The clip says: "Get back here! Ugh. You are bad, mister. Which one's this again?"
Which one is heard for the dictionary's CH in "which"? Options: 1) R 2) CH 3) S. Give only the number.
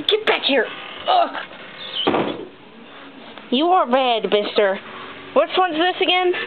3